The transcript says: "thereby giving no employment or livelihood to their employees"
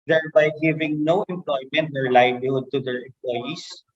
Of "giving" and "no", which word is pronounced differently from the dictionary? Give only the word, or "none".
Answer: none